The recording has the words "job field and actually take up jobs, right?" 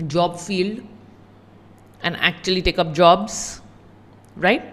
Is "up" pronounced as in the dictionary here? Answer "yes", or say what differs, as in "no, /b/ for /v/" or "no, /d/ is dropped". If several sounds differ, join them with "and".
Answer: yes